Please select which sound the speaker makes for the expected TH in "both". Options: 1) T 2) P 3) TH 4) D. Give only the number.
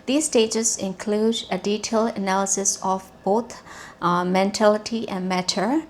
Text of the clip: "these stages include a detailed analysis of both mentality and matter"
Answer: 1